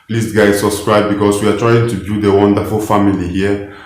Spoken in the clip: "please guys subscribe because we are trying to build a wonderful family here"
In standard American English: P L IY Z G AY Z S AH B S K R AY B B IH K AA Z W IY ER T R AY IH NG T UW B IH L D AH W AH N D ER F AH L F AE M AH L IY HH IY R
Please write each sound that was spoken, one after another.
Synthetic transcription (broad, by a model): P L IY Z G AY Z S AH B S K R AY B B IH K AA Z W IY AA T R AY IH NG T UW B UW D AH W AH N D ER F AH L F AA M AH L IY HH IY